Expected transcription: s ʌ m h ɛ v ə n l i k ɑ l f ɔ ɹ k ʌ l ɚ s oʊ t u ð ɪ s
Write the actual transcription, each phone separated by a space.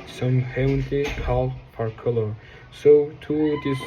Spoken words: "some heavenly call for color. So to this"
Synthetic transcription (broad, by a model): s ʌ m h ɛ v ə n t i k ɑ l p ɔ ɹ k ʌ l ɚ s oʊ t u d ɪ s